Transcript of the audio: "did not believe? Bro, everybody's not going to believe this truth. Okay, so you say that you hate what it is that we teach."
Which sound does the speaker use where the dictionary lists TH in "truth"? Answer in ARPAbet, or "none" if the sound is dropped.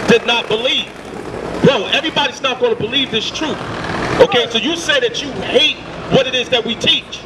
TH